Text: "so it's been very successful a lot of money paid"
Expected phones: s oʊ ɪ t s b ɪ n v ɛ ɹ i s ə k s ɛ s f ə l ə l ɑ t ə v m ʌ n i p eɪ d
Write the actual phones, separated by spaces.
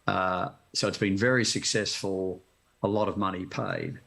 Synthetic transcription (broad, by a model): s oʊ ɪ t s b ɪ n v ɛ ɹ i s ə k s ɛ s f ə l ə l ɑ t ə v m ʌ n i p eɪ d